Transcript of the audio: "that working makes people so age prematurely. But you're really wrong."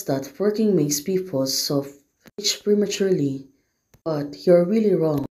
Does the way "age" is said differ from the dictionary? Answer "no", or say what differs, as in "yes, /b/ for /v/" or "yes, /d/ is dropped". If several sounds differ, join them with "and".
yes, /tʃ/ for /dʒ/